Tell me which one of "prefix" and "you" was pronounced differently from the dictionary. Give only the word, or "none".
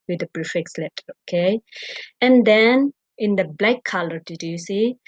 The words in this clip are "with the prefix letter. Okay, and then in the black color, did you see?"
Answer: prefix